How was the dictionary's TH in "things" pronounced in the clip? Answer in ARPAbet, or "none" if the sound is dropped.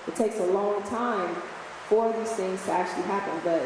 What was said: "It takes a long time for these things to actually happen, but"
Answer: TH